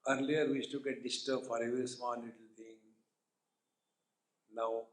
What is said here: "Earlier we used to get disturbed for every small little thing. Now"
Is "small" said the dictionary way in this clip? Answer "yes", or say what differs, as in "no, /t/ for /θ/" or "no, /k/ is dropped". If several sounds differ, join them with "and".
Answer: no, /n/ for /l/